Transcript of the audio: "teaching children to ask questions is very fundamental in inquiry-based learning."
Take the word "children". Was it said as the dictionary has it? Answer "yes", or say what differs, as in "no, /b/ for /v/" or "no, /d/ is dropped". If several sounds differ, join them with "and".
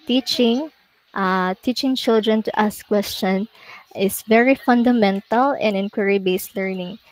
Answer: yes